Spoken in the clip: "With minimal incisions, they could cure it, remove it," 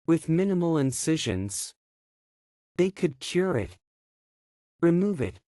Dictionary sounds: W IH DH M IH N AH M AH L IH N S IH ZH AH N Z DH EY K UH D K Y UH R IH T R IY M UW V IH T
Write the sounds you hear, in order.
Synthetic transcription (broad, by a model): W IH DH M IH N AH M L IH N S IH ZH AH N Z DH EY K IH D K Y UH R IH T R IY M UW V IH T